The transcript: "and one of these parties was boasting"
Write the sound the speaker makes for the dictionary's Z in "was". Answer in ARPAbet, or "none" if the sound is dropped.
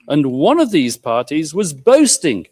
Z